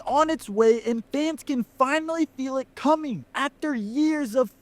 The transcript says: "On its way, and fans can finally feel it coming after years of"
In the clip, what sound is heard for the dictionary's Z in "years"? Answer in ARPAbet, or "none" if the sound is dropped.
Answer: Z